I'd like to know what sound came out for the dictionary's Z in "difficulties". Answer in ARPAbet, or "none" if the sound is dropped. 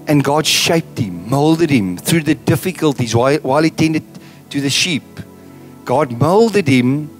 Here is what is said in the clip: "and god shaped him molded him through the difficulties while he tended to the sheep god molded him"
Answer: Z